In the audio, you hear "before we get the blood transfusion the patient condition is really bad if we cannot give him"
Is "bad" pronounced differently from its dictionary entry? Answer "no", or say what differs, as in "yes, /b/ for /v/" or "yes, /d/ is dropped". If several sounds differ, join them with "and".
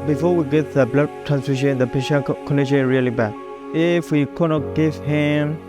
yes, /d/ is dropped